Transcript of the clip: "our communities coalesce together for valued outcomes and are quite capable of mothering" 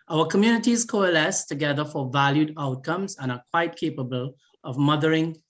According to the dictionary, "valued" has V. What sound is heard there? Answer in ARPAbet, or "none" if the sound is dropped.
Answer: V